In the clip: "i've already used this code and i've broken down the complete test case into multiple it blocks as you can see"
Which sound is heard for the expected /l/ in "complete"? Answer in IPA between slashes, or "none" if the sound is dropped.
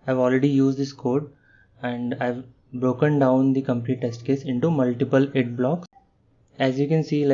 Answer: /n/